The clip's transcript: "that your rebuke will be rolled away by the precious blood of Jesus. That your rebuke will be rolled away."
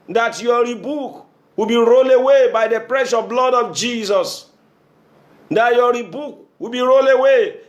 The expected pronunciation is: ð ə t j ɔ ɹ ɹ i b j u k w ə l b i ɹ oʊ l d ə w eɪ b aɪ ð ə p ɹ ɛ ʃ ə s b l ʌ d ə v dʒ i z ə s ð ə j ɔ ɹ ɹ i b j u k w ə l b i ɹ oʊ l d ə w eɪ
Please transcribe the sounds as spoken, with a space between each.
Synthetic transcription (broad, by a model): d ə t j ɔ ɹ ɹ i b u k w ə b i ɹ oʊ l ə w eɪ b aɪ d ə p ɹ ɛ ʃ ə b l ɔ d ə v dʒ i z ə s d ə j ɔ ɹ ɹ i b u k w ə b i ɹ oʊ l ə w eɪ